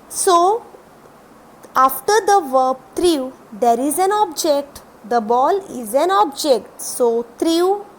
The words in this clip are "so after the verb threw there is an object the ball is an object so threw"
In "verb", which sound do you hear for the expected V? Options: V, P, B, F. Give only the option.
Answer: V